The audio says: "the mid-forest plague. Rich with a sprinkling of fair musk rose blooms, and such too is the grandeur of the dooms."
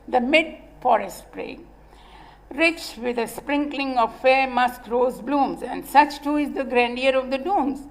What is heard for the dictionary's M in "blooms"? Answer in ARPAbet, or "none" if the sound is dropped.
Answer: M